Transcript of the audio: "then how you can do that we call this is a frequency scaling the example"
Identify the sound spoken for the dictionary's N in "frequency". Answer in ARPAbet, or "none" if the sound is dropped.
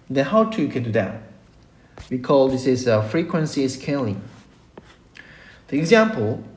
N